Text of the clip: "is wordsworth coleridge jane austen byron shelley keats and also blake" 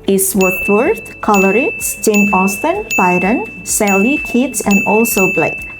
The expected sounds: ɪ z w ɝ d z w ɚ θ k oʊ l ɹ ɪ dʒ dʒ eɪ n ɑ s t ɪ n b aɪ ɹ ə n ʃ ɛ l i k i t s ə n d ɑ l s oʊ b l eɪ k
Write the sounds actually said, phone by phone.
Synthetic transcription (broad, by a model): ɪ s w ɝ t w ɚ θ k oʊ l ɹ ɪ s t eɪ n ɑ s t ɪ n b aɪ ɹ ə n s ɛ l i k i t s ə n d ɑ l s oʊ b l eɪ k